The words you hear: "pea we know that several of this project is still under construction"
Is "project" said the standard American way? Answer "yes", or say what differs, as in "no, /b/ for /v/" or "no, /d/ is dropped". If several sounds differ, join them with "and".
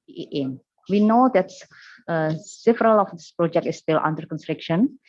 yes